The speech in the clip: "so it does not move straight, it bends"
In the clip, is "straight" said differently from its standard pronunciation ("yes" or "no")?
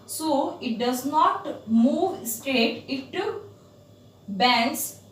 yes